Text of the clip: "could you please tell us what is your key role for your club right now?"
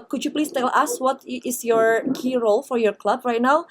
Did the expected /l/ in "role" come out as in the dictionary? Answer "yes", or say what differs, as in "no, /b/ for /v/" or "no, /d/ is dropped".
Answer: yes